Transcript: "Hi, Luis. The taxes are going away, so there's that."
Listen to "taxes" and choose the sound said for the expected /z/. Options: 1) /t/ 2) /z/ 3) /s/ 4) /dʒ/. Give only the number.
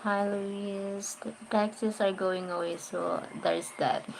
3